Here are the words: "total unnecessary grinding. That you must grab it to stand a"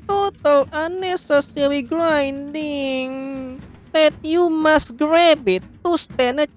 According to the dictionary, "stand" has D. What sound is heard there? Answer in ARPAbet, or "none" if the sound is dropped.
none